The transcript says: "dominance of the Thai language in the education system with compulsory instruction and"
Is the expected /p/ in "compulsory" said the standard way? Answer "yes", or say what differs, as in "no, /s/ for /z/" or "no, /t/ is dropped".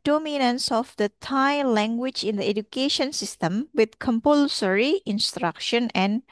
yes